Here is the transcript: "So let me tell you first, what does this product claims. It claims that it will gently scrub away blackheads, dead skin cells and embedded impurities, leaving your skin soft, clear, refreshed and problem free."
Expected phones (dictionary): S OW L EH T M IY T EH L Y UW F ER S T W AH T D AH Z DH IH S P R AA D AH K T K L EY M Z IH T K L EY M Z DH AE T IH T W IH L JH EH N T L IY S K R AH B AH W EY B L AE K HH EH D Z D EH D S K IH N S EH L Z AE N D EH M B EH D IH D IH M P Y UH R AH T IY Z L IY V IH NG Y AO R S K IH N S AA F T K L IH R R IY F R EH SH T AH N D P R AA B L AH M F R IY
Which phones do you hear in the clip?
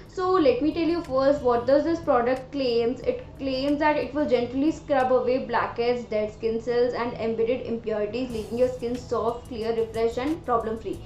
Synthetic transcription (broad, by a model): S OW L EH T M IY T EH L Y UW F ER S T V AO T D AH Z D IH S P R AA D AH K T K L EY M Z IH T K L EY M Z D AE T IH T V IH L JH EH N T L IY S K R AH B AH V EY B L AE K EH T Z D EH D S K IH N S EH L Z AE N D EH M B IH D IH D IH M P Y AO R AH T IY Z L IY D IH NG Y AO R S K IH N S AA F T K L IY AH R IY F R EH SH AH N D P R AA B L AH M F R IY